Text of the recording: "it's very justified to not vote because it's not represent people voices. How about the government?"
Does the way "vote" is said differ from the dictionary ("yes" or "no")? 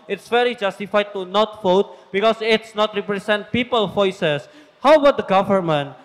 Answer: yes